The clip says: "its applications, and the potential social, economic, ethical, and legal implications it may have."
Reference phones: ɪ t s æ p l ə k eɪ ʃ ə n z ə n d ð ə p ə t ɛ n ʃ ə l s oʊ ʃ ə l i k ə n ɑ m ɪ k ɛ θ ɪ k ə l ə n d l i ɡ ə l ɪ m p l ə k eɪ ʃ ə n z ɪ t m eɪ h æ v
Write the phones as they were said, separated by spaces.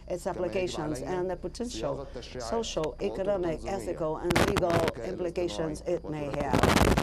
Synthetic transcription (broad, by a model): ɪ t s æ p l ə k eɪ ʃ ə n z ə n ð ə p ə t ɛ n ʃ l s oʊ ʃ l i k ə n ɑ m ɪ k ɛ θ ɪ k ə l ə n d l i ɡ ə l ɪ m p l ə k eɪ ʃ ə n z ɪ t m eɪ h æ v